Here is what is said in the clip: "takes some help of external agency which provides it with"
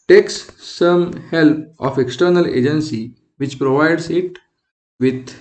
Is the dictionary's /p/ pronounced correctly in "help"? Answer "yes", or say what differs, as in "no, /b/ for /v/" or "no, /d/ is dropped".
yes